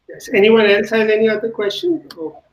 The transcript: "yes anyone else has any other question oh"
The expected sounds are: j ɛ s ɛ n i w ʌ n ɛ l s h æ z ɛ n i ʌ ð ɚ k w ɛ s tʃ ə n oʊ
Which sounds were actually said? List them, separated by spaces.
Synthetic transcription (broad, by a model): j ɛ s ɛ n i w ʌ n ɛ n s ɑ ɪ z ɛ n i ʌ ð ɚ k w ɛ s tʃ ə n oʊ